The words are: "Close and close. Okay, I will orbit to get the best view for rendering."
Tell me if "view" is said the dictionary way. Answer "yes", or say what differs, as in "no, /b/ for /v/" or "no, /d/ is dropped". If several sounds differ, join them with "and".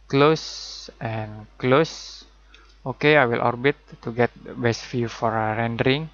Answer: no, /f/ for /v/